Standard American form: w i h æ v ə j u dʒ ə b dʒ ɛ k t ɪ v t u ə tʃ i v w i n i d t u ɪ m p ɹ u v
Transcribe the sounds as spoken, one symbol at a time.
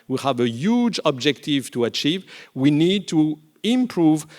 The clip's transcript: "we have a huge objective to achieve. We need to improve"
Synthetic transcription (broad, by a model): w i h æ v ə j u dʒ ə b dʒ ɛ k t ɪ v t u ə tʃ i v w i n i d t u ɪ m p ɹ u v